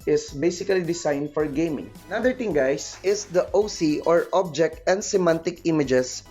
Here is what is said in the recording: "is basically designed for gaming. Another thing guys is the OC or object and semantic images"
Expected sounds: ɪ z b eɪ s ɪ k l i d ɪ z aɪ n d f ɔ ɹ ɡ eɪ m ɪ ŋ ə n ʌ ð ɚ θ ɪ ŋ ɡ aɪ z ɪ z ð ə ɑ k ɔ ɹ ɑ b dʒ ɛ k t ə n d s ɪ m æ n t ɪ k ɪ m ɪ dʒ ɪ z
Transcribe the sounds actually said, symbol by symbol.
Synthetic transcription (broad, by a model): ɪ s b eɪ s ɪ k l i d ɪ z aɪ n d f ɔ ɹ ɡ eɪ m ɪ ŋ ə n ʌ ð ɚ t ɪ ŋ ɡ aɪ s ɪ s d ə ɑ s ɔ ɹ ɑ b dʒ ɛ k t ə n d s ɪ m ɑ n t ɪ k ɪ m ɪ dʒ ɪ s